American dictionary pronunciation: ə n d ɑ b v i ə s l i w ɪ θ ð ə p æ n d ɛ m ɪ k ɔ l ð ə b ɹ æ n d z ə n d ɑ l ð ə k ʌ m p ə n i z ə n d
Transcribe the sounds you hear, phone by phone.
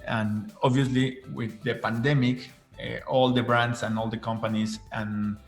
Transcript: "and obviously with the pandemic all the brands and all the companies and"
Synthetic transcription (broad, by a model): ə n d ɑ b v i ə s l i w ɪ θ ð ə p æ n d ɛ m ɪ k ɔ l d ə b ɹ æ n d s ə n ɑ l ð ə k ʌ m p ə n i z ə n